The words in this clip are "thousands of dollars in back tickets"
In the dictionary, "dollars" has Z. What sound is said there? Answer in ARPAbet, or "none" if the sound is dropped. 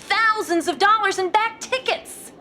Z